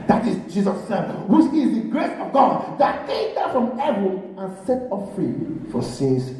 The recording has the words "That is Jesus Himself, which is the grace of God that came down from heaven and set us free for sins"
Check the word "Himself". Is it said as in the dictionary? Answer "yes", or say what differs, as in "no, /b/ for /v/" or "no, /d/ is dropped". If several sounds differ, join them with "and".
no, /m/ is dropped